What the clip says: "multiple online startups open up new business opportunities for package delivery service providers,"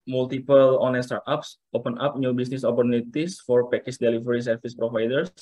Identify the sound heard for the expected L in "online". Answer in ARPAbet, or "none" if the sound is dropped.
none